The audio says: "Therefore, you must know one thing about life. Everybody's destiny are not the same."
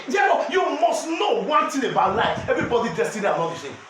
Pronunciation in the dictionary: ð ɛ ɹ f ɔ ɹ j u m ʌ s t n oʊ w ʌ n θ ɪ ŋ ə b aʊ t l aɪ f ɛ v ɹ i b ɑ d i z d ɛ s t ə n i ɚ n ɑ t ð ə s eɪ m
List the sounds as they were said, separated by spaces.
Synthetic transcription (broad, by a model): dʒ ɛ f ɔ j u m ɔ s t n oʊ w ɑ n t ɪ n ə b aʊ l aɪ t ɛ v ɹ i b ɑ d i d ɛ s t ə n i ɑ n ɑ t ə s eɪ